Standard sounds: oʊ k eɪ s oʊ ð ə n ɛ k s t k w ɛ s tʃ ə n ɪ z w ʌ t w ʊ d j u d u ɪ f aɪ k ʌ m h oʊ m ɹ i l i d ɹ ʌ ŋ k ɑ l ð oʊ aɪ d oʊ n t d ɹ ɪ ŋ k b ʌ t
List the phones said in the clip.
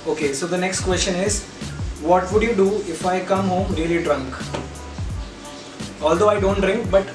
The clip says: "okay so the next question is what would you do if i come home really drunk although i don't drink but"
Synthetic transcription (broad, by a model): oʊ k eɪ s oʊ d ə n ɛ k s t k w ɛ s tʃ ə n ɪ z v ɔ t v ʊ d j u d u ɪ f aɪ k ʌ m h oʊ m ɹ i l i d ɹ ʌ ŋ k ɑ l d oʊ aɪ d oʊ n t d ɹ ɪ ŋ k b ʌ t